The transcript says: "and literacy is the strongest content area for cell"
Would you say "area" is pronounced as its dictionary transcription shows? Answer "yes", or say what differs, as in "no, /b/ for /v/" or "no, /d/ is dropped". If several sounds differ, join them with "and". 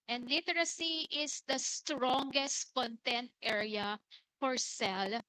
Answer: yes